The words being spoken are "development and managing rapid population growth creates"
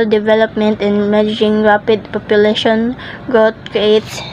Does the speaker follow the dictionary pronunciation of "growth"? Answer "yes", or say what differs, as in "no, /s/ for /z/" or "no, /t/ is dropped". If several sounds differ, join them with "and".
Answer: no, /t/ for /θ/